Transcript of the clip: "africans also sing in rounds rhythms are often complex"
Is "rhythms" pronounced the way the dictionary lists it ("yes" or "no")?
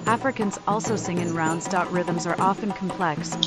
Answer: yes